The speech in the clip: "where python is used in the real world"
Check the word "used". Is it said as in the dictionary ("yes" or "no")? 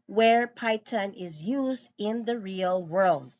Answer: yes